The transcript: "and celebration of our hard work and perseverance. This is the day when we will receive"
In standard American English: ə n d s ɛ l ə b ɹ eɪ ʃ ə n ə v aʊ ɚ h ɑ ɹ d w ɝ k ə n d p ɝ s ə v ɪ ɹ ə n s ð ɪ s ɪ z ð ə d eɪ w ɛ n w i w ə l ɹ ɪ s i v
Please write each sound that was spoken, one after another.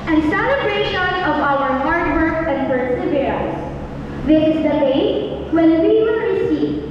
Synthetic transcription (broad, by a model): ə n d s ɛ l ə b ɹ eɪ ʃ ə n ə v aʊ ɚ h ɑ ɹ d w ɝ k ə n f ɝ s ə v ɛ ə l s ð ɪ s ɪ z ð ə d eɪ w ɛ n w i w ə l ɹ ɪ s i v